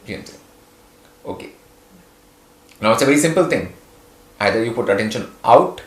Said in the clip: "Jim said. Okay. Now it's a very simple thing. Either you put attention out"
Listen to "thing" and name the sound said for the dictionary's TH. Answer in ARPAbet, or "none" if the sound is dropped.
T